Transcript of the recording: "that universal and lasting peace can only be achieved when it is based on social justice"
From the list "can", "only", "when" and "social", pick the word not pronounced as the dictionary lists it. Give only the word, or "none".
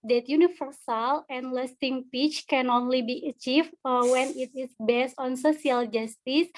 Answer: social